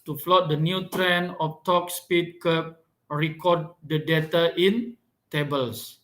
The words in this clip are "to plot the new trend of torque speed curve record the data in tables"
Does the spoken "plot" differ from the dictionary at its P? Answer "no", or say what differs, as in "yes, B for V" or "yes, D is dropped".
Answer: yes, F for P